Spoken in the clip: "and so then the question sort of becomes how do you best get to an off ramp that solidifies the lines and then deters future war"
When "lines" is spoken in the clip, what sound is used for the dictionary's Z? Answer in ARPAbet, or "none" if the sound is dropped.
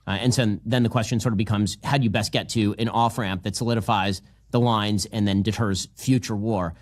Z